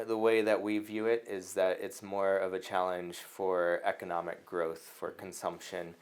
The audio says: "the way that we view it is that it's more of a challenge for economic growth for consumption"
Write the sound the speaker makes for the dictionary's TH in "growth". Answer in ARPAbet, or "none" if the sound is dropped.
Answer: TH